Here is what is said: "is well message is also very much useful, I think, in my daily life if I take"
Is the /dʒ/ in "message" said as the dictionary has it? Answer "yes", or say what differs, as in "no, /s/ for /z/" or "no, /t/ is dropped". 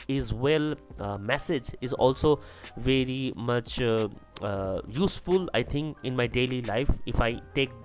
yes